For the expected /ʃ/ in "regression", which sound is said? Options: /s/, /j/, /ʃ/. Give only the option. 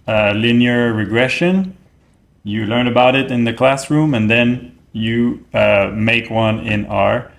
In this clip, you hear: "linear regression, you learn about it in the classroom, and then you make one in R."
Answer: /ʃ/